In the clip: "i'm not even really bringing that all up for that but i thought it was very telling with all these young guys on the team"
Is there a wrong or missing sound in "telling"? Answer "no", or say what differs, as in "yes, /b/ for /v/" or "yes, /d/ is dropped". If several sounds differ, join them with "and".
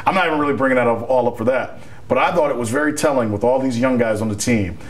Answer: no